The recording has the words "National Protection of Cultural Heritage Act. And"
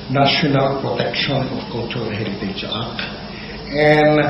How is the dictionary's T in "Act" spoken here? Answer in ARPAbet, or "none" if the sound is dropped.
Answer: none